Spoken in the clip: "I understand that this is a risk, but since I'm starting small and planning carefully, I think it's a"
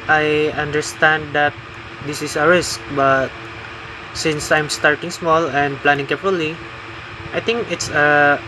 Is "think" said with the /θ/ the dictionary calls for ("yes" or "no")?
no